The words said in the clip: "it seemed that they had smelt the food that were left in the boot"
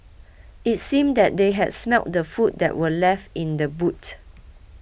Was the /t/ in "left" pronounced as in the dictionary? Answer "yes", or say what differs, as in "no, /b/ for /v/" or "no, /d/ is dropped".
yes